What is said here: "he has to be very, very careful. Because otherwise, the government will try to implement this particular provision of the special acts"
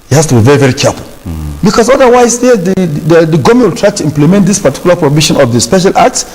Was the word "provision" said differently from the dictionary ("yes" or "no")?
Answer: yes